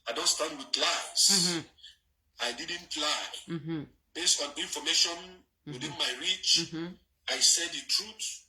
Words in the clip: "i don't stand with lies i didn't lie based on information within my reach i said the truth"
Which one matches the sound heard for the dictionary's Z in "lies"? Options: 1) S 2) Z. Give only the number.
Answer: 1